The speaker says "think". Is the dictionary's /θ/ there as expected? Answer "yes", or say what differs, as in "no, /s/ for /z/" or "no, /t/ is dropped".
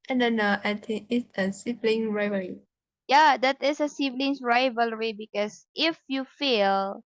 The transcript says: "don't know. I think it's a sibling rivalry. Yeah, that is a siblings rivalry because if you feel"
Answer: no, /t/ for /θ/